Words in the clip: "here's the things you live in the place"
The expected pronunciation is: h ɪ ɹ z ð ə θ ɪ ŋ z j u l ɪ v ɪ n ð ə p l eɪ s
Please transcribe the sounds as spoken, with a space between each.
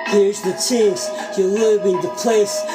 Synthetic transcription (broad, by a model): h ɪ ɹ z ð ə t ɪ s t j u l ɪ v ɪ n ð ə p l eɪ s